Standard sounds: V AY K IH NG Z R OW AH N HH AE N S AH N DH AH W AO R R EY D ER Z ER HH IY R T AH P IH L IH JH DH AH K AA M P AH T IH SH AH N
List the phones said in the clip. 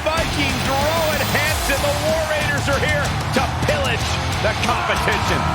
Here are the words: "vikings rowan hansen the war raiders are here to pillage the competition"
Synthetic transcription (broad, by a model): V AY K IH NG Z R OW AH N HH AE N S AH N DH AH W AO R R EY D ER Z ER HH IY R T AH P IH L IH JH DH AH K AA M P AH T IH SH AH N